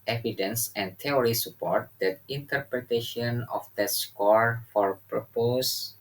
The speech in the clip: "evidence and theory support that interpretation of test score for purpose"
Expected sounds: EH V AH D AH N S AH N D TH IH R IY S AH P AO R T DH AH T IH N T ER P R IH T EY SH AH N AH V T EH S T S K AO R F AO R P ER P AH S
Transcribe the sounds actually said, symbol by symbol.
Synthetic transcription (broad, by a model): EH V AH D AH N S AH N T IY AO R IY S AH P AO R T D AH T IH N T ER P R IH T EY SH AH N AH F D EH T S K AO R F AO R P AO P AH S